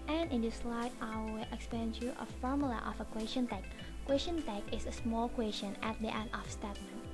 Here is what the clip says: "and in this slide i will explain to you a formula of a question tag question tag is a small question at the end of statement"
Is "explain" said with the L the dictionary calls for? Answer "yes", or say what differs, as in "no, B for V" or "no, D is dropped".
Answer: no, L is dropped